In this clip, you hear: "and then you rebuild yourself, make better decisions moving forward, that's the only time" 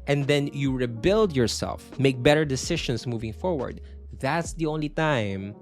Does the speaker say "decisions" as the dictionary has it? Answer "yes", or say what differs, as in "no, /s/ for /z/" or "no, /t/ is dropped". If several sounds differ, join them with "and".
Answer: no, /ʃ/ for /ʒ/ and /s/ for /z/